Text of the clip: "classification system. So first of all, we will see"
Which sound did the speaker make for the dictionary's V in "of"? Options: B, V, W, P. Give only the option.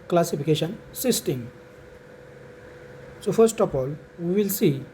P